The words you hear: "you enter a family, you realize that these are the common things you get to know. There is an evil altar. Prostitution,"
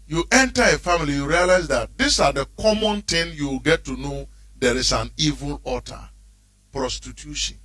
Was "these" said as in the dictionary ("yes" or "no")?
no